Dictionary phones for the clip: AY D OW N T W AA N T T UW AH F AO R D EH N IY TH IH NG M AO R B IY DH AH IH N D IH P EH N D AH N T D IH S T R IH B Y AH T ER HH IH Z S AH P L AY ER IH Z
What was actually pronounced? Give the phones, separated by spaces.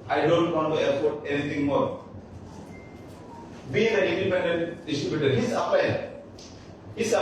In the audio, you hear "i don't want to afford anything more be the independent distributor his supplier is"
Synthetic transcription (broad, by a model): AY D OW N T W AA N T T UW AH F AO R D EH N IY T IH NG M AO R B IY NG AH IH N D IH P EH N D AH N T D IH S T R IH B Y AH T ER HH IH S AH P AY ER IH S